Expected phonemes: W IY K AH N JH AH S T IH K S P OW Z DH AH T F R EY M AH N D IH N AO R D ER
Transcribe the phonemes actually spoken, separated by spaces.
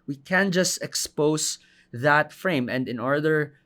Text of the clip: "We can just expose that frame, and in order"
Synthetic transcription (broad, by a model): W IY K AH N JH AH S T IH K S P OW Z DH AH T F R EY M AH N D IH N AO R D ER